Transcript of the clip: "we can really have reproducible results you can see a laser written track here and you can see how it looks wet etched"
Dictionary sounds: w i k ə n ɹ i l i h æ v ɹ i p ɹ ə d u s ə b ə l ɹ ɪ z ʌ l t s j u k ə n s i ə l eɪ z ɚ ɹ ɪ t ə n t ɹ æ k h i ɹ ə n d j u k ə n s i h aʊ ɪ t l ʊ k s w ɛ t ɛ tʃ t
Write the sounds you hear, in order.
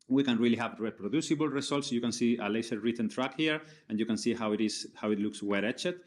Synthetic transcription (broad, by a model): w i k ə n ɹ i l i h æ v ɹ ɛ p ɹ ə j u s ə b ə l ɹ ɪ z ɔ l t s j u k ə n s i ə l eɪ s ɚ ɹ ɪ t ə n t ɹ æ k h i ɹ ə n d j u k ə n s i h aʊ ɪ t l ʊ k s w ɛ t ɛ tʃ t